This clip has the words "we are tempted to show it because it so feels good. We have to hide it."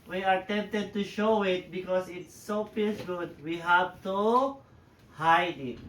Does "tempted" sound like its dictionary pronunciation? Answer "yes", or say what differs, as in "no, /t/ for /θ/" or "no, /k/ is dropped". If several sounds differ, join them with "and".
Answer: yes